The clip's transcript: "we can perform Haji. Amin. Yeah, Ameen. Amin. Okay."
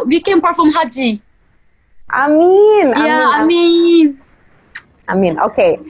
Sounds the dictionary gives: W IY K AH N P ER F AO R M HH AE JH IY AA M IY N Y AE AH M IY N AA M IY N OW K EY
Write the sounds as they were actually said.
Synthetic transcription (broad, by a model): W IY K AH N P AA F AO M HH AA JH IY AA M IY N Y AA AH M IY N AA M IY N OW K EY